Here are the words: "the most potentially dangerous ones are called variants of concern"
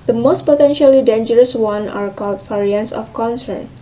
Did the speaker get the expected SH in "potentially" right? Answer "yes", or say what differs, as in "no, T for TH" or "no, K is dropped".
yes